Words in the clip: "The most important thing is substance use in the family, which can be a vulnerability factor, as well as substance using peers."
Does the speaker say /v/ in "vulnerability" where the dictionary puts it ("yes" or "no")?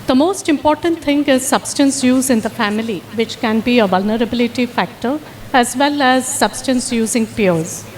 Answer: yes